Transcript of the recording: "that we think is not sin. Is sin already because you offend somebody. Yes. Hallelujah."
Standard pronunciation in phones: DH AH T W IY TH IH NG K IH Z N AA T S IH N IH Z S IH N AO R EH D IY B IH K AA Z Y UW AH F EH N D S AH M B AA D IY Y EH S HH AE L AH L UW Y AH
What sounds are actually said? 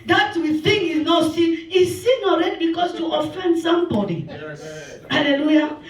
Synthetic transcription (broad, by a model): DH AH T W IY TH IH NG IH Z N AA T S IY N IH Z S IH N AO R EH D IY B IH K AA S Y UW AH F EH N D S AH M B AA D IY HH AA L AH L UW Y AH